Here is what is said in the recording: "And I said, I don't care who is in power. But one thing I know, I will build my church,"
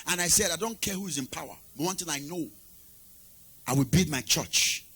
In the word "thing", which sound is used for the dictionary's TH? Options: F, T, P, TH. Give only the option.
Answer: T